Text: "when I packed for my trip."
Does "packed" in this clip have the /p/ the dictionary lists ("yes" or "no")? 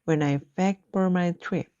no